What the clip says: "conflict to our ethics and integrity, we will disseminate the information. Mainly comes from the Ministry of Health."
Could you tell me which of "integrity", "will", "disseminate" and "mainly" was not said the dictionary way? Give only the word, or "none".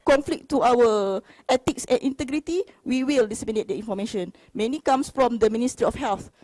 mainly